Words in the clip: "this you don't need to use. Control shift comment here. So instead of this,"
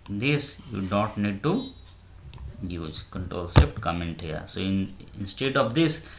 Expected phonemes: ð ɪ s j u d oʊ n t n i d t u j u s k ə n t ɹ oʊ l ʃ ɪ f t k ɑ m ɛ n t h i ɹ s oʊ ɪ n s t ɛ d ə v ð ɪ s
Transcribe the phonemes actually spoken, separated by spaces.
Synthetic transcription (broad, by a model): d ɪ s j u d oʊ n t n i d t u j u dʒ k ə n t ɹ oʊ l s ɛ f t k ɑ m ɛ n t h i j s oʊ ɪ n s t ɛ d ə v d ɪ s